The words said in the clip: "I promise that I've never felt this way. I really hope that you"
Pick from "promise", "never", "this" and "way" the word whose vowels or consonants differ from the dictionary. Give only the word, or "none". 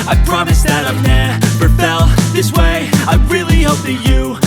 never